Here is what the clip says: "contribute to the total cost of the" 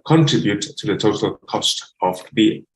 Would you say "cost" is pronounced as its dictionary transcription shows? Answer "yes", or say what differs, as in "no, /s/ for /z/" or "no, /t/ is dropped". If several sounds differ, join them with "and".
yes